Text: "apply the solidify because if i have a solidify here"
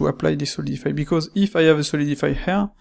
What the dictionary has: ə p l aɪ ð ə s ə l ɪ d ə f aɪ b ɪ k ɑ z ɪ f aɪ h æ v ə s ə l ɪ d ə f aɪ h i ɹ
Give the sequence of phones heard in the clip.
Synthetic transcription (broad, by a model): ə p l aɪ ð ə s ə l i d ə f aɪ b ɪ k ɑ z ɪ f aɪ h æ v ə s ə l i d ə f aɪ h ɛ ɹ